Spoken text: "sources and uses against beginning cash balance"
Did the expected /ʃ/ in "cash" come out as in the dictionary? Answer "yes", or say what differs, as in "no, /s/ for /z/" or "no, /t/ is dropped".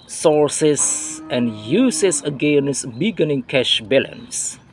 yes